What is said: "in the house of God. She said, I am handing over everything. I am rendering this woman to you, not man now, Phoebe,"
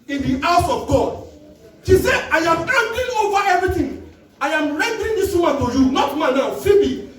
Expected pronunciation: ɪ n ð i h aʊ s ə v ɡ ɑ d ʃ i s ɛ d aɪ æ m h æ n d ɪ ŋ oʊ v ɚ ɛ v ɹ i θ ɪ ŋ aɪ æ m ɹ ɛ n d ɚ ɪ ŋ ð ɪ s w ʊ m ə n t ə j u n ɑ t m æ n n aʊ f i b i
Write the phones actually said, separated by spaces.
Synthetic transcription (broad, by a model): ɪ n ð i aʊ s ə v ɡ ɑ d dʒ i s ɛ aɪ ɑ m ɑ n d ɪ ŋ oʊ v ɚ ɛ v ɹ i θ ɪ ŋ aɪ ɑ m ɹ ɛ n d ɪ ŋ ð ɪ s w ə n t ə j u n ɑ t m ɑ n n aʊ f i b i